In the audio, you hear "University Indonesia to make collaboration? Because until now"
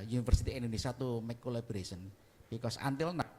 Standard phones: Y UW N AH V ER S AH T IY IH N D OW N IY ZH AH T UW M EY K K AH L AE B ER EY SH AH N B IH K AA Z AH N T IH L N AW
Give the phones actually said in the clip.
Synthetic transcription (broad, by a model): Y UW N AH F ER S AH T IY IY N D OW N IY S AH T UW M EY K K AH L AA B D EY S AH N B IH K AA S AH N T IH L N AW